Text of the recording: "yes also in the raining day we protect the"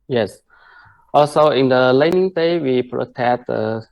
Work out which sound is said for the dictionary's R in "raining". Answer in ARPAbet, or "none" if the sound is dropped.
L